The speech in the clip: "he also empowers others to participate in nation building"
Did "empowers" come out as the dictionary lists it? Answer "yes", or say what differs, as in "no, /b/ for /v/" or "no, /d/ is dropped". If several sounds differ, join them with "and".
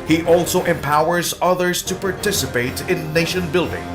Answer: yes